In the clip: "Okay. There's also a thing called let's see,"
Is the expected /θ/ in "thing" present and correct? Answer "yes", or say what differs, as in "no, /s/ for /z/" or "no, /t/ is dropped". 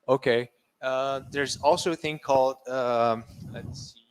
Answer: yes